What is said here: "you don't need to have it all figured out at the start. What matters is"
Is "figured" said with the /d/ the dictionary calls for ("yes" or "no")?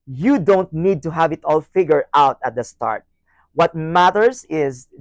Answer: no